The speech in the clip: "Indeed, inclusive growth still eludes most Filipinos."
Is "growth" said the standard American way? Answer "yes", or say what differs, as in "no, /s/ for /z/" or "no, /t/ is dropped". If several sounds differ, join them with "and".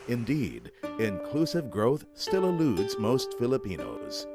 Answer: yes